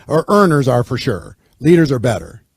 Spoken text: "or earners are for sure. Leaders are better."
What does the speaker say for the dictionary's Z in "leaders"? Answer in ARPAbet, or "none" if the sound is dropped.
Z